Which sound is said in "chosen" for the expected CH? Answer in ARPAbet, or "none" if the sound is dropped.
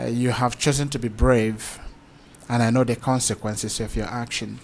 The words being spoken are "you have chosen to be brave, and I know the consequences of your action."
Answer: CH